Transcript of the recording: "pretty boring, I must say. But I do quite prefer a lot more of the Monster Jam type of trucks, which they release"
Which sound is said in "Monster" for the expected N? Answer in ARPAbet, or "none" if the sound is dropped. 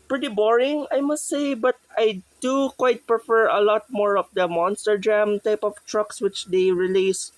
N